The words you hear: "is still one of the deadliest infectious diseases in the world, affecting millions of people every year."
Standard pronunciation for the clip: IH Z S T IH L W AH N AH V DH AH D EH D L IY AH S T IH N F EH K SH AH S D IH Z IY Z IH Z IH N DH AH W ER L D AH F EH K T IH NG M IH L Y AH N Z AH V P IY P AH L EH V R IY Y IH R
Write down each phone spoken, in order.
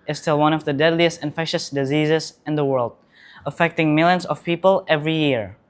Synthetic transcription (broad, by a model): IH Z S T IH L W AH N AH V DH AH D EH D L IY AH S T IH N F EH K SH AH S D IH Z IY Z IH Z IH N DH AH W ER L D AH F EH K T IH NG M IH L Y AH N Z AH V P IY P AH L EH V R IY Y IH R